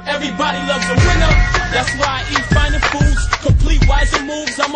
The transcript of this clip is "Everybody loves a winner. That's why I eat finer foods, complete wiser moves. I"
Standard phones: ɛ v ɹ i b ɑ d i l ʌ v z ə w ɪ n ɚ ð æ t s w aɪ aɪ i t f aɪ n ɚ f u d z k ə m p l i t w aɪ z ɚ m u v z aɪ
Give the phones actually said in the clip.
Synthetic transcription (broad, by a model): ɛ v ɹ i b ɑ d i l ʌ v z ə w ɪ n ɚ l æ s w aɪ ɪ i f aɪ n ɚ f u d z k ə p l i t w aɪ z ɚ m u v z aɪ